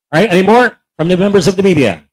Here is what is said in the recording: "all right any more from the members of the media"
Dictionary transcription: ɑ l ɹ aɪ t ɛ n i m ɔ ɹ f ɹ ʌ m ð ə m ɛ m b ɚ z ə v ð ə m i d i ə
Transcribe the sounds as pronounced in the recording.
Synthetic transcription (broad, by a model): ɹ aɪ t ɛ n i m ɔ ɹ f ɹ ʌ m ð ə m ɛ m b ɚ z ə v ð ə m i d i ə